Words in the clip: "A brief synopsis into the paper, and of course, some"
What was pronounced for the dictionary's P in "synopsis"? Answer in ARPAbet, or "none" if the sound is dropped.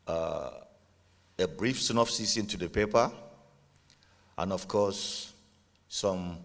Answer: F